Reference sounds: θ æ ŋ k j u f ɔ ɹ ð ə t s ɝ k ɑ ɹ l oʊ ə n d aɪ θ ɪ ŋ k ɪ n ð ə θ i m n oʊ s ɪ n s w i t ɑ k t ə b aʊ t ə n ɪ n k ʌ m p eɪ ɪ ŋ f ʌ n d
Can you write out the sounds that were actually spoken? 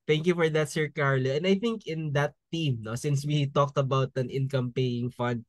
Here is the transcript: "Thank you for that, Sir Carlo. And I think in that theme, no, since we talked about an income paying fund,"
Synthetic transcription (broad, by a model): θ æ ŋ k j u f ɔ ɹ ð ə t s ɝ k ɑ ɹ l oʊ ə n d aɪ θ ɪ ŋ k ɪ n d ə t i m n oʊ s ɪ n s w i t ɑ k t ə b aʊ t ə n ɪ n k ʌ m p eɪ ɪ ŋ f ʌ n d